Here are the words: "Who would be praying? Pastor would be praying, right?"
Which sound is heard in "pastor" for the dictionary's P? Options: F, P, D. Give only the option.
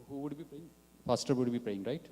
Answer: F